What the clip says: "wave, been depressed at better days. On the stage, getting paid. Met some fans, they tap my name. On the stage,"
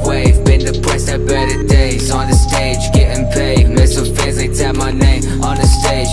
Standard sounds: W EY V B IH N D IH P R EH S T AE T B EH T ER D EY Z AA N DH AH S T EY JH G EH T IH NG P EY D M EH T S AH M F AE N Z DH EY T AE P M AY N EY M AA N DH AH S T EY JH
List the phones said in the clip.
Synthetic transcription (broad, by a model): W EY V B IH N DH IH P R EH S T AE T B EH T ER D EY Z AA N DH AH S T EY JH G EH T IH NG P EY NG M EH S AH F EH Z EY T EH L M AY N EY M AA N DH AH S T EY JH